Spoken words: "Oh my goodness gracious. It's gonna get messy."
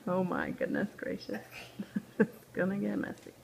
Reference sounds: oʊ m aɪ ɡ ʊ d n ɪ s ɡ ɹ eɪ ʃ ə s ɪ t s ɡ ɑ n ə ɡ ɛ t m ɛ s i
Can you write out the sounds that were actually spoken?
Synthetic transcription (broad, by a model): oʊ m aɪ ɡ ʊ d n ɪ s ɡ ɹ eɪ ʃ ə s ɪ t s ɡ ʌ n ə ɡ ɛ t m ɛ s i